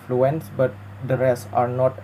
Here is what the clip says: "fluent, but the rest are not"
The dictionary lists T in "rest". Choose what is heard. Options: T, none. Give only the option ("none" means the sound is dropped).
none